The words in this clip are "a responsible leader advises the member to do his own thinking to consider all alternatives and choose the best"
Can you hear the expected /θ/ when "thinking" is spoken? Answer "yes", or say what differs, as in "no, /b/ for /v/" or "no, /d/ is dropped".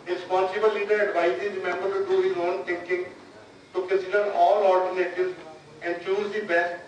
no, /t/ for /θ/